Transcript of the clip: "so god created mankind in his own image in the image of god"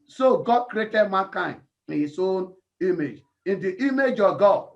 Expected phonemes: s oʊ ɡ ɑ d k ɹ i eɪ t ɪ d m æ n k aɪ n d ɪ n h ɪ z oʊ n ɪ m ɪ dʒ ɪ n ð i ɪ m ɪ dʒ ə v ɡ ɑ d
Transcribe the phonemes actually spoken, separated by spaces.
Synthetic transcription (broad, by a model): s oʊ ɡ ɑ d k ɹ i eɪ t ɪ d m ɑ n k aɪ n ɪ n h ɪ s oʊ n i m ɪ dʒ ɪ n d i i m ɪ dʒ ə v ɡ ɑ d